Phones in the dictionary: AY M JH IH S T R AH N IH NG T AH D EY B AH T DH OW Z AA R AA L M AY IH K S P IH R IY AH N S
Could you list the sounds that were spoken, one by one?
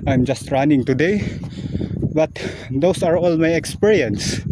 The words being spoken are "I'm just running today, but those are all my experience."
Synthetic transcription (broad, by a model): AY M JH IH S T R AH N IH NG T AH D EY B AH T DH OW S AA R AA L M AY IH K S P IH R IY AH N S